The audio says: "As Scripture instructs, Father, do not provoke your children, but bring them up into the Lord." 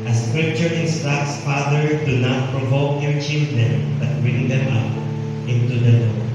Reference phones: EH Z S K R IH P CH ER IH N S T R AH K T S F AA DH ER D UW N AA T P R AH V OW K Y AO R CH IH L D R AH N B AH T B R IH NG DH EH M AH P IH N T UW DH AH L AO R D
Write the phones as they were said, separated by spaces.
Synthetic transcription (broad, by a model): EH S K R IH P CH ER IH N S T AH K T S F AA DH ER D UW N AA T P R AH V OW K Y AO R CH IH L D R AH N B AH T B R IH NG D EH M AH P IH N T UW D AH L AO